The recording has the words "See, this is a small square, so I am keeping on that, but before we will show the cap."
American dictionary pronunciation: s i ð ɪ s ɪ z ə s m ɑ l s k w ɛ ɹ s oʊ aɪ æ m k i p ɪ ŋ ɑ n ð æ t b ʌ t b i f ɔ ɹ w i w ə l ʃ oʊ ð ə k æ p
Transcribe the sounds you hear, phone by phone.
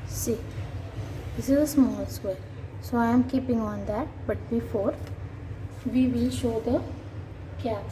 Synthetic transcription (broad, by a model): s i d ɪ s ɪ z ə s m ɑ l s w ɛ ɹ s oʊ aɪ m k i p ɪ ŋ ɑ n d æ t b ʌ t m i f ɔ ɹ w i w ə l ʃ oʊ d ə k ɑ